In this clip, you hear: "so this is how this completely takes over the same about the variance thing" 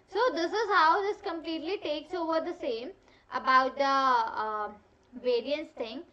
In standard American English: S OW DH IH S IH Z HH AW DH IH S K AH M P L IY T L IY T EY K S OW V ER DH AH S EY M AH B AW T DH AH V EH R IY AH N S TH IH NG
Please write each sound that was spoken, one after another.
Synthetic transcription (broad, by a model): S OW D IH S IH Z HH AW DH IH S K AH M P L IY T L IY T EY K S OW V ER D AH S EY M AH B AW T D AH V EH R IY AH N S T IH NG